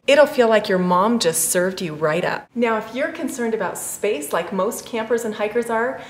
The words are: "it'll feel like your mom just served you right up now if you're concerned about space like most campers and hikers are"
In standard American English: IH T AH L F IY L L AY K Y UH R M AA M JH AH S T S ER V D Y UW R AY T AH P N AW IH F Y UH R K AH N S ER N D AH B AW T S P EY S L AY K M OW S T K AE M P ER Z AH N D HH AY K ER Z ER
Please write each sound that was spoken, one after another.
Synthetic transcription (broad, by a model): IH T L F IY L L AY K Y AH R M AA M JH AH S T S ER V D Y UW R AY T AH P N AW IH F Y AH R K AH N S ER N D AH B AW T S P EY S L AY K M OW S T K AE M P ER Z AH N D HH AY K ER Z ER